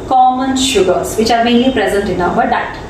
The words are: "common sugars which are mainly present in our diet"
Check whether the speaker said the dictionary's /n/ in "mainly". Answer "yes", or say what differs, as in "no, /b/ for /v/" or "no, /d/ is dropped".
no, /n/ is dropped